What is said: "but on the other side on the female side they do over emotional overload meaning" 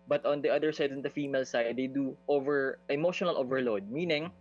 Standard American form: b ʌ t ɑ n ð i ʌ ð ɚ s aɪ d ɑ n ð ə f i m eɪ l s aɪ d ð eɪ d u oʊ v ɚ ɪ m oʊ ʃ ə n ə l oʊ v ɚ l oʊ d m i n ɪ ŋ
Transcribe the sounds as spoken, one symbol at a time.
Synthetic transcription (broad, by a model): b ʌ t ɑ n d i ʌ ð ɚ s aɪ d ɑ n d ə f i m eɪ l s aɪ d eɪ d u oʊ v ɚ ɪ m oʊ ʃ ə n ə l oʊ v ɚ l oʊ d m i n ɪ ŋ